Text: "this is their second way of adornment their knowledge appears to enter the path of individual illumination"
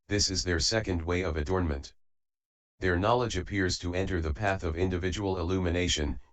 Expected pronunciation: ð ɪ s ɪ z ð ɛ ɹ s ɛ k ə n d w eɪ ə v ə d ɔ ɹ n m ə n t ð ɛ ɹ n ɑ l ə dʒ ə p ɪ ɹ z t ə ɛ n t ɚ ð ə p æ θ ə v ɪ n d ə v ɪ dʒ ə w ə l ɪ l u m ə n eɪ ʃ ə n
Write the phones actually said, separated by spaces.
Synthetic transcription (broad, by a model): ð ɪ s ɪ z ð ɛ ɹ s ɛ k ə n d w eɪ ə v ə d ɔ ɹ n m ə n t ð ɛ ɹ n ɑ l ə dʒ ə p ɪ ɹ z t ə ɛ n t ɚ ð ə p æ θ ə v ɪ n d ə v ɪ dʒ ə w l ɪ l u m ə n eɪ ʃ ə n